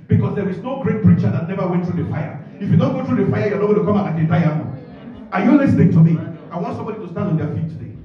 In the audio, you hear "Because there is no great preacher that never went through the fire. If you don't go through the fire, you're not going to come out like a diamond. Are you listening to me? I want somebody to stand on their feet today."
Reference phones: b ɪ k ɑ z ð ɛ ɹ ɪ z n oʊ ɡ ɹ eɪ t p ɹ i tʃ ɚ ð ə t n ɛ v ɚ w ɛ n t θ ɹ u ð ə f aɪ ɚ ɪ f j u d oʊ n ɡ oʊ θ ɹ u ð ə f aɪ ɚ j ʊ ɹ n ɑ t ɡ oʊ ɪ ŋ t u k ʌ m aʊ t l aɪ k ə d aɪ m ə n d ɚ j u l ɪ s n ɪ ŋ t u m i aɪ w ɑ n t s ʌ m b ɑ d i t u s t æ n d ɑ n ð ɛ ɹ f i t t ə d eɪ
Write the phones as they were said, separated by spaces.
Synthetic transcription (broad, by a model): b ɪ k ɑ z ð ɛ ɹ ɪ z n oʊ ɡ ɹ eɪ t p ɹ i tʃ ɚ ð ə t n ɛ v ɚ w ɛ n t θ ɹ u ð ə f aɪ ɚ ɪ f j u d oʊ n ɡ oʊ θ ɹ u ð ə f aɪ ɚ j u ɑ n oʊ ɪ t u k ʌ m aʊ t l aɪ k ə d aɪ ə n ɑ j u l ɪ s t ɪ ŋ t u m i aɪ w ɑ n t s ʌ m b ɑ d i t u s t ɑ n d ɑ n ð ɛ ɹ f i t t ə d eɪ